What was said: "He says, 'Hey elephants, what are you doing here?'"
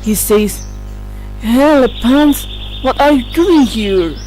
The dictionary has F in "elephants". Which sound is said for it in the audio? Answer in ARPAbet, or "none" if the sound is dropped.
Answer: P